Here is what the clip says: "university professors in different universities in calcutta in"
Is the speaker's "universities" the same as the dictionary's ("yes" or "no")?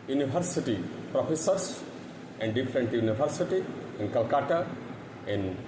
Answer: no